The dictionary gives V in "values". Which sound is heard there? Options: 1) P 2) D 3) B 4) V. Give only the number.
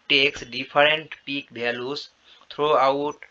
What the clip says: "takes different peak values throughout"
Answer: 3